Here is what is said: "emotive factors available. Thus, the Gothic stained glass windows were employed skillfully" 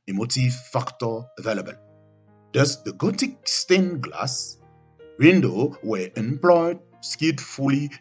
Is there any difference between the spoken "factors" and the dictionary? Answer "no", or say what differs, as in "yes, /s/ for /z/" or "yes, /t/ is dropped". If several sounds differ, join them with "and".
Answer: yes, /z/ is dropped